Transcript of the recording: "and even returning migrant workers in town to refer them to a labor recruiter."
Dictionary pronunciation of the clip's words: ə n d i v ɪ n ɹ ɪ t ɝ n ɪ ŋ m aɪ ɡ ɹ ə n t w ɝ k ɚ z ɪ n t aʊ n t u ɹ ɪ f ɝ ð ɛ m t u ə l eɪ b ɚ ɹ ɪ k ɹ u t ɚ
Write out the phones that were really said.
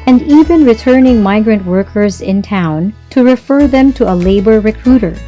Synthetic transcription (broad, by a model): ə n d i v ɪ n ɹ ɪ t ɝ n ɪ ŋ m aɪ ɡ ɹ ə n t w ɝ k ɚ z ɪ n t aʊ n t u ɹ ɪ f ɝ ð ɛ m t u ə l eɪ b ɚ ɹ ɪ k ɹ u t ɚ